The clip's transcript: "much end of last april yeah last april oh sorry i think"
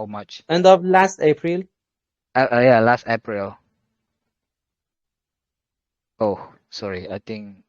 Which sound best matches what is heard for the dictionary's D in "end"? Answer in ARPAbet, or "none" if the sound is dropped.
D